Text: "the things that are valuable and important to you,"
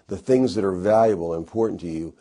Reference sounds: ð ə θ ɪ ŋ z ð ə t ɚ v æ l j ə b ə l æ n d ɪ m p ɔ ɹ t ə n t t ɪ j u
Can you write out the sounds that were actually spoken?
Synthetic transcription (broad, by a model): ð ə θ ɪ ŋ z ð ə t ɚ v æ l j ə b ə l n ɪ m p ɔ ɹ t n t t ɪ j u